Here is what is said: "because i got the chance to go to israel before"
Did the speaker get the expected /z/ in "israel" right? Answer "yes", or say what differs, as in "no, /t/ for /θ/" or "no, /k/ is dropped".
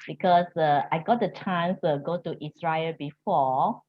no, /s/ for /z/